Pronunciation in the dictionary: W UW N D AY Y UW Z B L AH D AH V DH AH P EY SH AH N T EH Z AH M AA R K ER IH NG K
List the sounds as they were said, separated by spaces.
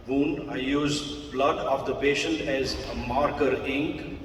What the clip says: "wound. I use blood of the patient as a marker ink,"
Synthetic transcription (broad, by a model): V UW N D AY Y UW Z B L AH D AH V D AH P EY SH AH N T EH Z AH M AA R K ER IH NG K